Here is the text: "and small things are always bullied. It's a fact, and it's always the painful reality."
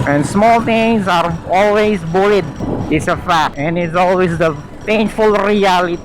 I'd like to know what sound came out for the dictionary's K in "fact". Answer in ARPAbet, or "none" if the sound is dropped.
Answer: none